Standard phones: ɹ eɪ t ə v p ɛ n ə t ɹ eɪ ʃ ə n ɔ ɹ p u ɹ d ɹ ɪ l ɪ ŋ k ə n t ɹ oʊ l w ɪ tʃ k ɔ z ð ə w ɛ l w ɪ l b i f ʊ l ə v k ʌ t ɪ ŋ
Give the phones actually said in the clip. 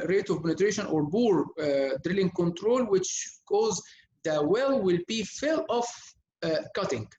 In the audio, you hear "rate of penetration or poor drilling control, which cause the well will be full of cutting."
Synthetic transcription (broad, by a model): ɹ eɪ t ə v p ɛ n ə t ɹ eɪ ʃ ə n ɔ ɹ b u ɹ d ɹ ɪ l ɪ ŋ k ə n t ɹ oʊ l w ɪ tʃ k ɔ z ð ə w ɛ l w ɪ l b i f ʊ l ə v k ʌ t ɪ ŋ